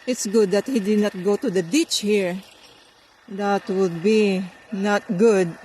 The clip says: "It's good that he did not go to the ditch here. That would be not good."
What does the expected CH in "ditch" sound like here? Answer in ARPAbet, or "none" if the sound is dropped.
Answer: CH